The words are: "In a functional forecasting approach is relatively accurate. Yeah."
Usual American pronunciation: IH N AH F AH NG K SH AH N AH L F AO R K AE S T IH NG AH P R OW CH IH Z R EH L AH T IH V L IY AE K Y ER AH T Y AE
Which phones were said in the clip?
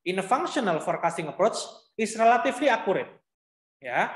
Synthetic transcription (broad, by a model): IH N AH F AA NG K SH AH N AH L F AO R K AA S T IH NG AH P R OW CH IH S R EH L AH T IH F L IY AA K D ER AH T Y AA